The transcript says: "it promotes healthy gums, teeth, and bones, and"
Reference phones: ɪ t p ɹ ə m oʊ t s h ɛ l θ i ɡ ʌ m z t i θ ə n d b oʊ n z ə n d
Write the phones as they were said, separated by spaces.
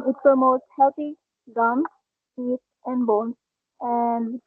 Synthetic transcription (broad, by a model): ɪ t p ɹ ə m oʊ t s h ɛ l t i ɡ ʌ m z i t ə n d b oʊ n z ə n d